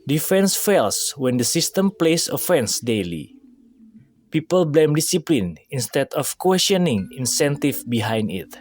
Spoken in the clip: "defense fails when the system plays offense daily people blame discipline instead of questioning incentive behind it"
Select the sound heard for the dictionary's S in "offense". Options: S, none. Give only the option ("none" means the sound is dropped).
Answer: S